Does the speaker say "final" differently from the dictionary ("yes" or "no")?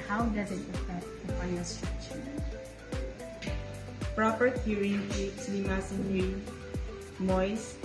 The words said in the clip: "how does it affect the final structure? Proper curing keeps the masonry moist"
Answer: yes